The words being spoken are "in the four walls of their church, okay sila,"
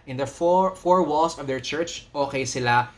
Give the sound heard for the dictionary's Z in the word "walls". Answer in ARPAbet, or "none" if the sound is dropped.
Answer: S